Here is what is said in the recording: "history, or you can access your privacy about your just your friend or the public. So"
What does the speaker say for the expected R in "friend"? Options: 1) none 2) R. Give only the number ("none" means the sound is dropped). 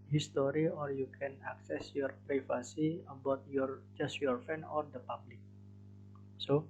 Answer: 1